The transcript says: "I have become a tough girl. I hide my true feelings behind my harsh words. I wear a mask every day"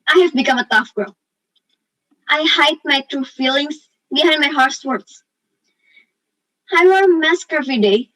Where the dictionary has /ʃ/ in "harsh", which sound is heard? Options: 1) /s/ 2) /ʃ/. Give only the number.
1